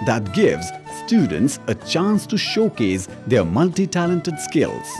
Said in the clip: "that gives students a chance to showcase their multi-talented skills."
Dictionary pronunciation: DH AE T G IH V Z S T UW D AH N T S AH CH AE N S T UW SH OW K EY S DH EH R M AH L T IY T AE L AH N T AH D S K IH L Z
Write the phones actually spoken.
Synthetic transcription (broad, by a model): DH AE T G IH V Z S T UW D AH N T S AH CH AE N S T UW SH OW K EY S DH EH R M AH L T IY T AE L AH N T AH D S K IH L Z